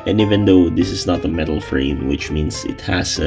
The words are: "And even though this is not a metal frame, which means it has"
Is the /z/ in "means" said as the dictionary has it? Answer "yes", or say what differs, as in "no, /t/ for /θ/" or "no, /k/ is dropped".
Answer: no, /s/ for /z/